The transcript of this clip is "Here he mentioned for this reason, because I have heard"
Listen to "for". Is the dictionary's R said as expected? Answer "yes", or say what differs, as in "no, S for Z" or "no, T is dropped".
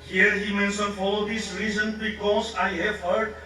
no, L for R